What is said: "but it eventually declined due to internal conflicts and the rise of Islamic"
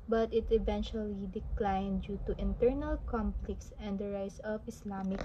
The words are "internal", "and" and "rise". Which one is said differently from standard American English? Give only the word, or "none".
rise